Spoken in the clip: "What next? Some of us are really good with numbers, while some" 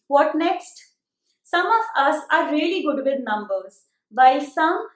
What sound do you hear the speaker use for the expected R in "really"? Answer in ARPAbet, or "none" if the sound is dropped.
R